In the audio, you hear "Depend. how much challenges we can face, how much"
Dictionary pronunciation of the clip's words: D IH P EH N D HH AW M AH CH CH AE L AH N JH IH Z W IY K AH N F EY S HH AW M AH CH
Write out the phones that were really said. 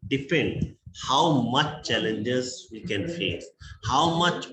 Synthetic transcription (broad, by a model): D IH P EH N D HH AW M AH CH CH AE L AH N JH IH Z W IY K AH N F EY S HH AW M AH CH